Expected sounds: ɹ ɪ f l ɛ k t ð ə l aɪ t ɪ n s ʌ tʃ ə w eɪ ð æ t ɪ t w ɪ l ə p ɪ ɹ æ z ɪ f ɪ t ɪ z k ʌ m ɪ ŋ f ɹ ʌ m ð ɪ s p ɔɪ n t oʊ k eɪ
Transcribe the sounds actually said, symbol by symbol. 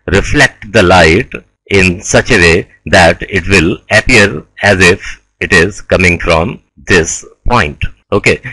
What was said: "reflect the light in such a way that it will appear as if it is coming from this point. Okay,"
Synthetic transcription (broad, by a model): ɹ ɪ f l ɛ k t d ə l aɪ t ɪ n s ʌ tʃ ə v eɪ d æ t ɪ t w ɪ l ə p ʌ ɹ æ z ɪ f ɪ t ɪ z k ʌ m ɪ ŋ f ɹ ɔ m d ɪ s p ɔɪ n t oʊ k eɪ